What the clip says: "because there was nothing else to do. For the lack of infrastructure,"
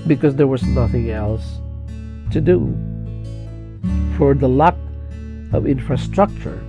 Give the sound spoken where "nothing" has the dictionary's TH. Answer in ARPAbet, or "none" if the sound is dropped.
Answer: TH